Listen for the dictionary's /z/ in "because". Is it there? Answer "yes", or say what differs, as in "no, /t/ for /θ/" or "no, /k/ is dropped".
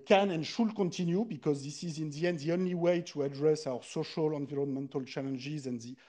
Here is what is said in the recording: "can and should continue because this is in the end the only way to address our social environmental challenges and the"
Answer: yes